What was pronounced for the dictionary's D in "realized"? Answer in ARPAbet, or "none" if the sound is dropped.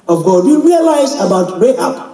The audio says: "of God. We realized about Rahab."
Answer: none